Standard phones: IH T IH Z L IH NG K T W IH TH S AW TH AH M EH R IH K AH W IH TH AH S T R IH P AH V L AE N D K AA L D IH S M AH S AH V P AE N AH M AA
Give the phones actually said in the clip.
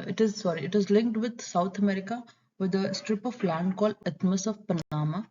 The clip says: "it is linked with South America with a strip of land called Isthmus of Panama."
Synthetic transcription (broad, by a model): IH T IH Z L IH NG K T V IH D S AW T AH M EH R IH K AH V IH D AH S T R IH P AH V L AE N D K AA L D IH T M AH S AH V P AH N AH M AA